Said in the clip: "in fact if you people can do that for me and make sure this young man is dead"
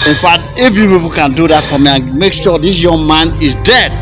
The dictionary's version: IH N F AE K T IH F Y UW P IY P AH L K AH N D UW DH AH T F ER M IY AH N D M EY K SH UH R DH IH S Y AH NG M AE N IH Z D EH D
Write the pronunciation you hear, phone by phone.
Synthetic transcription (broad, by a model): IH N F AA T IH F Y UW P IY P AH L K AH N D UW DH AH T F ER M IY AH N M EY K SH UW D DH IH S Y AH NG M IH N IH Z D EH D